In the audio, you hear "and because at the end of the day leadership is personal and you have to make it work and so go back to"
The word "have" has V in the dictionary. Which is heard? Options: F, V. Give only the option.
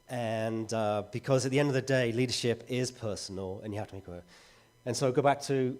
F